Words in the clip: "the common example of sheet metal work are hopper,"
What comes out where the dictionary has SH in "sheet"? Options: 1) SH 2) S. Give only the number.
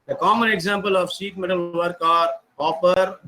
2